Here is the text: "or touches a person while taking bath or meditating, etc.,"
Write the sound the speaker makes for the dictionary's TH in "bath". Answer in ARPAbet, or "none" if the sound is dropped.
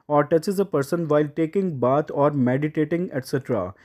T